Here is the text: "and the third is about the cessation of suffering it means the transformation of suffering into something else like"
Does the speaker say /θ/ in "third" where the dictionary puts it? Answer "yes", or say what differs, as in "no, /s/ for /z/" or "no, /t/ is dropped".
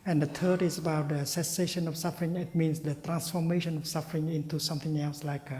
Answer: no, /t/ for /θ/